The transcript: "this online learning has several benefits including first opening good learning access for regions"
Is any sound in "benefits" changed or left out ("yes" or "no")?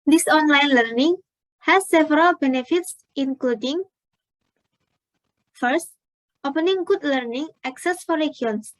no